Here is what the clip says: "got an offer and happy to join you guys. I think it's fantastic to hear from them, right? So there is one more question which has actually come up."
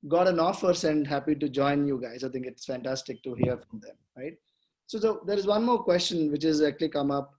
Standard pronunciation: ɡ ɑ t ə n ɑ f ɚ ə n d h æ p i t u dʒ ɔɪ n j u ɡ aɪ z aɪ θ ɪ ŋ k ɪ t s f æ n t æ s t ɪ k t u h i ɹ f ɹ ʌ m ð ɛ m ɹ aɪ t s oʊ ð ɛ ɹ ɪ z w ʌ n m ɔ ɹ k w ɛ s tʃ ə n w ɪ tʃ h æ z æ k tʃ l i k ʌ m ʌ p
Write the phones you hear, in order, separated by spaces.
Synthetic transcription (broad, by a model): ɡ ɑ t ə n ɑ f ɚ ə n d h æ p i t u dʒ ɔɪ n j u ɡ aɪ z aɪ t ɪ ŋ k ɪ t s f æ n t æ s t ɪ k t u h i ɹ f ɹ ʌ m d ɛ m ɹ aɪ t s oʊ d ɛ ɹ ɪ z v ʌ n m ɔ ɹ k w ɛ s tʃ ə n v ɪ tʃ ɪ z æ k tʃ l i k ʌ m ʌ p